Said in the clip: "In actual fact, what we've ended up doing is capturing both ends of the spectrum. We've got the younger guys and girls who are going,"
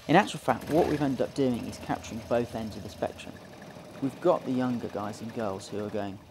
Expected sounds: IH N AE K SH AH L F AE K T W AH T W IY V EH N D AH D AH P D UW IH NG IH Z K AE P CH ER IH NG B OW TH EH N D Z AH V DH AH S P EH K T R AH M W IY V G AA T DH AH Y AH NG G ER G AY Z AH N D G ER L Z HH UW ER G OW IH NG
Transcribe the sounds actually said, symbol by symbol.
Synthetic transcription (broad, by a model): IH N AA K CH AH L F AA K T W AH T W IY V EH N D AH D AH P D UW IH NG IH Z K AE P CH ER IH NG B OW TH EH N D Z AH V DH AH S P EH K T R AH M W IY V G AA T DH AH Y AH NG G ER G AY Z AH N G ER L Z HH UW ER G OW IH NG